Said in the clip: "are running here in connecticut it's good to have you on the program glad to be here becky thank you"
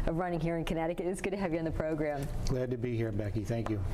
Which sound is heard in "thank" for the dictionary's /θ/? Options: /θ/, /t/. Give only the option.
/θ/